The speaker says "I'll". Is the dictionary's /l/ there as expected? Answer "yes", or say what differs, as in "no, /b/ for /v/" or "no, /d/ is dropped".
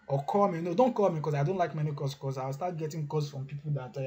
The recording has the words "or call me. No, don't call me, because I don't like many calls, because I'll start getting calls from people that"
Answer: no, /w/ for /l/